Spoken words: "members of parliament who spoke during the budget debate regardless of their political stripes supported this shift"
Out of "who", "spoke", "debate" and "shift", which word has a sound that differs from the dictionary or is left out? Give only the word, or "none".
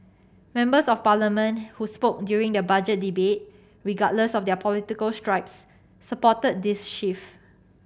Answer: shift